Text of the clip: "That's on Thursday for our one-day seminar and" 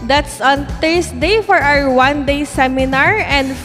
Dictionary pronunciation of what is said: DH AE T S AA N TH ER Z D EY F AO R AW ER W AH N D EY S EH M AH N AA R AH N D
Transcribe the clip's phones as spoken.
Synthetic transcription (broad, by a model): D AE T S AA N T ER S D EY F AO R AW ER W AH N D EY S EH M AH N AA R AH N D